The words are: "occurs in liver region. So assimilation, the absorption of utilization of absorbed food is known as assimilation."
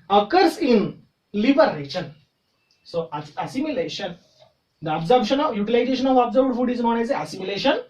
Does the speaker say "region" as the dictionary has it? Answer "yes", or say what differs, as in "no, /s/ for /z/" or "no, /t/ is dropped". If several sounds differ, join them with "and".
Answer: no, /ʃ/ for /dʒ/